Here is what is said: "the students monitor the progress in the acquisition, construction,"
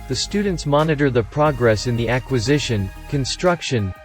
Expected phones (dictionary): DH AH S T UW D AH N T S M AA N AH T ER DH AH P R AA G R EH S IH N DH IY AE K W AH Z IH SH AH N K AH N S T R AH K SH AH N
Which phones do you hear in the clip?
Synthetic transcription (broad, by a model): DH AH S T UW D N T S M AA N AH T ER DH AH P R AA G R EH S IH N DH IY AE K W AH Z IH SH AH N K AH N S T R AH K SH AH N